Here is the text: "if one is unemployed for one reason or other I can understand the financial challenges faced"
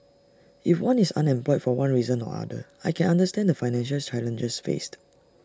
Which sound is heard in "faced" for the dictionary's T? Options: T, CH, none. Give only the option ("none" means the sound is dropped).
T